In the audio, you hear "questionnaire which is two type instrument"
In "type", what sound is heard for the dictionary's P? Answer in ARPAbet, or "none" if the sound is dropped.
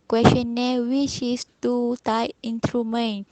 none